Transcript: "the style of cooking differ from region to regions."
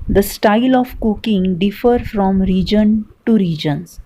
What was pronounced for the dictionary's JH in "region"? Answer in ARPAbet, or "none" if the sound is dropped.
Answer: JH